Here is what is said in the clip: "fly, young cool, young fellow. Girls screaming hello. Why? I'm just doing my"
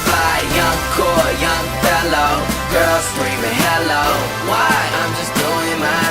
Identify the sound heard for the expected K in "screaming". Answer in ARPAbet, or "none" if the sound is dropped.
none